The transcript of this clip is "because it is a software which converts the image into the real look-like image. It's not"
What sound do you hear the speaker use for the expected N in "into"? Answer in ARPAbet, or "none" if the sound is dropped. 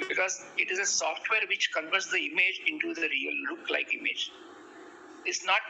N